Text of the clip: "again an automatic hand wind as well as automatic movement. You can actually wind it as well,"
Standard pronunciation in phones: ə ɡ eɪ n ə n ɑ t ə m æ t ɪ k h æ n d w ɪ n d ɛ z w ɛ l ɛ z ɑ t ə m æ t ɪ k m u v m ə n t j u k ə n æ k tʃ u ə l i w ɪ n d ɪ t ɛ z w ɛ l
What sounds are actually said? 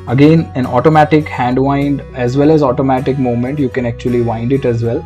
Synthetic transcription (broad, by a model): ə ɡ eɪ n ə n ɑ t ə m æ t ɪ k h æ n d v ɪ n d ɛ z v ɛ l ɛ z ɑ t ə m æ t ɪ k m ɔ m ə n t j u k ə n æ k tʃ u ə l i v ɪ n d ɪ t ɛ z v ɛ l